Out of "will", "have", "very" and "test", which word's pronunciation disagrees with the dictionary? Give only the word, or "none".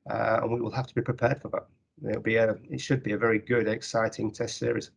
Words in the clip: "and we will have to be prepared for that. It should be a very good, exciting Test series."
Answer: have